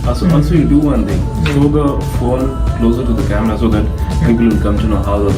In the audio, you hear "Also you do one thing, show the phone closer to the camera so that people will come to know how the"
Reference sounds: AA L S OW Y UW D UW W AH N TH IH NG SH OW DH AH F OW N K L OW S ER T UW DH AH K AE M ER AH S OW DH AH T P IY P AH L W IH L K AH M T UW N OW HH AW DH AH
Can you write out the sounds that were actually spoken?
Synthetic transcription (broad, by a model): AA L S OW Y UW D UW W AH N T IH NG S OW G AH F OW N K L OW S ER T UW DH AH K AE M ER AH S OW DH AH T P IY P AH L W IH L K AH M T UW N OW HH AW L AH